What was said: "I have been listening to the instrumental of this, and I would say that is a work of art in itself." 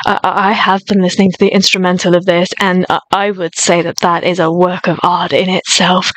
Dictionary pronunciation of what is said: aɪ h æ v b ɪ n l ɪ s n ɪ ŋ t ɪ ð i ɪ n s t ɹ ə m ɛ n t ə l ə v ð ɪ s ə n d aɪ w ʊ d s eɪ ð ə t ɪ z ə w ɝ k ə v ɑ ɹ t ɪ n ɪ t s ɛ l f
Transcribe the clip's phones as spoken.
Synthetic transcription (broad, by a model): aɪ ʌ v b ɪ n l ɪ s n ɪ ŋ t ɪ ð i ɪ n s t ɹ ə m ɛ n t l ə v ð ɪ s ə n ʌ aɪ w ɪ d s eɪ ð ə t ɪ z ə w ɝ k ə v ɑ ɹ t ɪ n ɪ t s ɛ l f